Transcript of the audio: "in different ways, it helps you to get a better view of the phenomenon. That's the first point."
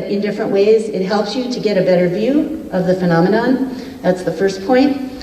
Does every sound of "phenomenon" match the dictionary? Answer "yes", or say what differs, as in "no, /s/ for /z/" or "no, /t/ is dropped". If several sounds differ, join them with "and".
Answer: yes